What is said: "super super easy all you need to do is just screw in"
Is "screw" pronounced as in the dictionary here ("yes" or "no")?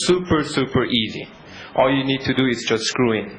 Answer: yes